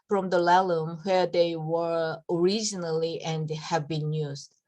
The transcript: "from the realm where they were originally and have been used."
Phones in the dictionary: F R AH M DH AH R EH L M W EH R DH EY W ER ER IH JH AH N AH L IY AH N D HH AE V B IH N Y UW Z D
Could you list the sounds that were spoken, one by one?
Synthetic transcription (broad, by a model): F R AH M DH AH L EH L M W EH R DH EY W ER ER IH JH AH N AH L IY AH N D HH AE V B IH N Y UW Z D